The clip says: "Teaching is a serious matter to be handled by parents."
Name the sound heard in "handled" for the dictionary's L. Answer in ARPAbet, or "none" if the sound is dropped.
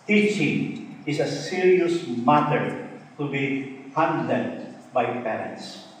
N